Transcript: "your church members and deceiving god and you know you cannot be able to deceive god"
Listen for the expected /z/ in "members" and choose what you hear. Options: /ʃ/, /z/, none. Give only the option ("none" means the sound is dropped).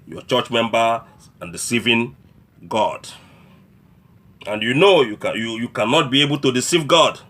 none